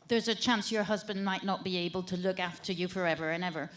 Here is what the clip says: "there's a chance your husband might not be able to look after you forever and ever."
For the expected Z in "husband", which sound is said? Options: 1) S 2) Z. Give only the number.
2